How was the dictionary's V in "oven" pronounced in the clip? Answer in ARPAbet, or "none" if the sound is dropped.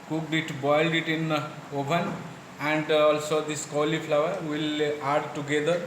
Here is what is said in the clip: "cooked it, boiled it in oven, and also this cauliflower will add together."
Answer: P